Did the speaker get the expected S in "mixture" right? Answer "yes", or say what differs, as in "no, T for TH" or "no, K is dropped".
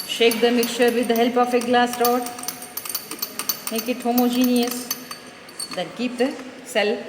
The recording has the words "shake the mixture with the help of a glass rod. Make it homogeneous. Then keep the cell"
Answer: no, S is dropped